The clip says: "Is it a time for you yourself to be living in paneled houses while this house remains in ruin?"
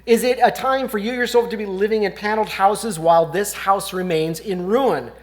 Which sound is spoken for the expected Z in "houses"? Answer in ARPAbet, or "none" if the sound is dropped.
Z